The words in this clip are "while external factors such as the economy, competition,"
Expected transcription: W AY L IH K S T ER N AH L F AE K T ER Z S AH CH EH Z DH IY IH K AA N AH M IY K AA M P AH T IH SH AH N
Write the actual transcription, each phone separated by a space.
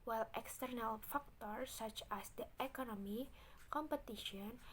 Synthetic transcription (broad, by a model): W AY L IH K S T ER N AH L F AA K T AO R S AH CH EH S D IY IH K AA N AH M IY K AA M P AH T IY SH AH N